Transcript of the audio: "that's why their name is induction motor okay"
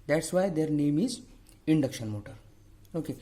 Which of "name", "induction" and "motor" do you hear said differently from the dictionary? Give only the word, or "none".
none